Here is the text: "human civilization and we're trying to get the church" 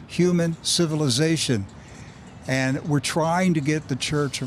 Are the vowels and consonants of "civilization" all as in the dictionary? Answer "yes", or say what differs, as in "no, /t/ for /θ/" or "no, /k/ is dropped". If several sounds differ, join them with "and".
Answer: yes